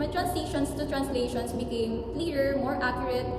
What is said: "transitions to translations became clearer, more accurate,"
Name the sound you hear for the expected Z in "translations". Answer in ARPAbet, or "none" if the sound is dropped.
S